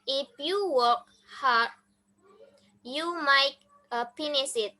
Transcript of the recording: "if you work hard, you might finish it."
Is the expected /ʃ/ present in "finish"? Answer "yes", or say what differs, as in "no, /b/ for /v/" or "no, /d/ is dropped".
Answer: no, /s/ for /ʃ/